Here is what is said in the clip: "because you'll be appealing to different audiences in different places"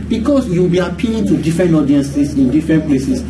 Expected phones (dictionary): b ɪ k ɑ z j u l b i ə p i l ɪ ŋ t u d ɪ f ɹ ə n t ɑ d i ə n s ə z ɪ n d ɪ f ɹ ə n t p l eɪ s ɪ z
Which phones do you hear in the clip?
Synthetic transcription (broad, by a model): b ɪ k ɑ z j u w b i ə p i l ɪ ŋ t u d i f ɹ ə n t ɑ d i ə n s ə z ɪ n d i f ɹ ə n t p l eɪ s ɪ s